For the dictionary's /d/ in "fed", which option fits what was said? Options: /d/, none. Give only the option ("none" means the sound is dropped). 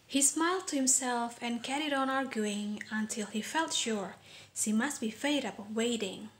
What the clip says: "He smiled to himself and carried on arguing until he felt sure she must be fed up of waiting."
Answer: none